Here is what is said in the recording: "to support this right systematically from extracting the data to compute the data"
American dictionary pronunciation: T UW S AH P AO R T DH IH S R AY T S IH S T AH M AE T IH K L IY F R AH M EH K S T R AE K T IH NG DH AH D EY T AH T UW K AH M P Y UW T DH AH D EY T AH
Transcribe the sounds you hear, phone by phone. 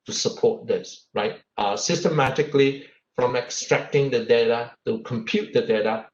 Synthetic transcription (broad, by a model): T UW S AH P AO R T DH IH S R AY T S IH S T AH M AE T IH K L IY F R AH M EH K S T R AE K T IH NG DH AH D EY T AH T UW K AH M P Y UW T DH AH D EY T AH